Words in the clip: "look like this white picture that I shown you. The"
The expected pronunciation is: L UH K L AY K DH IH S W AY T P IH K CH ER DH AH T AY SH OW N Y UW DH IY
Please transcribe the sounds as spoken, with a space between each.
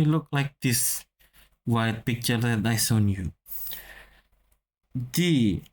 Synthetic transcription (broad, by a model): L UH K L AY K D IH S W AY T P IH K CH ER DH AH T AY S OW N Y UW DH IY